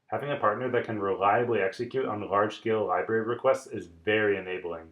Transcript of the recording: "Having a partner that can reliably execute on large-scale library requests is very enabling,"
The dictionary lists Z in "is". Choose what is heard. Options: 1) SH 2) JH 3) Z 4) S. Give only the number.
3